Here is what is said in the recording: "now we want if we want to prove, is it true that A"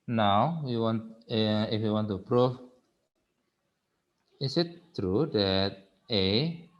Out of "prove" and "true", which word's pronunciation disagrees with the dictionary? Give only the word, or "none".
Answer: prove